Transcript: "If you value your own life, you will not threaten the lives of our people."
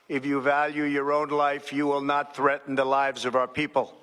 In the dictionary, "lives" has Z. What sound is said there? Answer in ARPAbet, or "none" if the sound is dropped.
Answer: Z